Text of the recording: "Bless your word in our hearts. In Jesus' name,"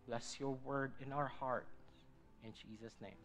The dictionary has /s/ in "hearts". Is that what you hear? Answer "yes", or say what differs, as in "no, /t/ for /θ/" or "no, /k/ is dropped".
no, /s/ is dropped